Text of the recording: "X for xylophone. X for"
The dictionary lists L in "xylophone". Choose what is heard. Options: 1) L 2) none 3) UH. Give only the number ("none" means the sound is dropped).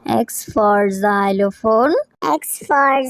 1